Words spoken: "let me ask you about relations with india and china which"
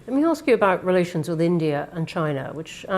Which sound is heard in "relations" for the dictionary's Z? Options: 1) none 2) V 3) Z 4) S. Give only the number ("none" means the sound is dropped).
3